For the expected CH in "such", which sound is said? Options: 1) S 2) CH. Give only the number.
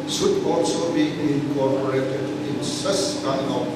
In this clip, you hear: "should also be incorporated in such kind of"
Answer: 1